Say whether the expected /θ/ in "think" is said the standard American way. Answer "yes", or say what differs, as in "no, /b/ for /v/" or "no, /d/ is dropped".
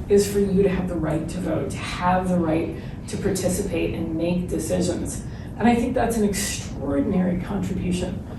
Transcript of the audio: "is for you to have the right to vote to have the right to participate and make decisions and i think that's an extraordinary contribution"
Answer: yes